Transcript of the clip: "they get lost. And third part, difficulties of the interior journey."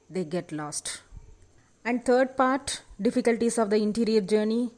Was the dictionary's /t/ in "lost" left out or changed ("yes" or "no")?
no